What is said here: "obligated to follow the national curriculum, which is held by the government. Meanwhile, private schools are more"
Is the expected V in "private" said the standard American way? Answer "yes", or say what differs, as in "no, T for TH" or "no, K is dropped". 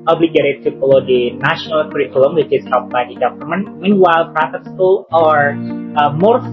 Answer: no, F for V